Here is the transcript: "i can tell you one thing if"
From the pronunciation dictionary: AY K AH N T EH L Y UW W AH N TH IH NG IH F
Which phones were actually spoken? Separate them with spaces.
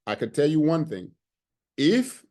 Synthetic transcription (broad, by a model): AY K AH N T EH L Y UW W AH N TH IH NG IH F